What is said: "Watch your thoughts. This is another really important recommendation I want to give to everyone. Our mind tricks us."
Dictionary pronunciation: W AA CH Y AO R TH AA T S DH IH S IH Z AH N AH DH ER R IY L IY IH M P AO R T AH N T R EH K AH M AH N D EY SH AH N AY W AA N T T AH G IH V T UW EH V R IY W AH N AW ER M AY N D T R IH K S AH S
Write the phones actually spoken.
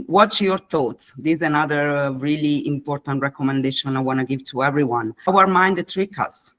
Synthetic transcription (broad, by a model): W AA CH Y AO R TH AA T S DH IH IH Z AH N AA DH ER R IY L IY IH M P AO R T AH N T R EH K AH M AH N D EY SH AH N AY W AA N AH G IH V T UW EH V R IY W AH N AW ER M AY N D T R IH K AH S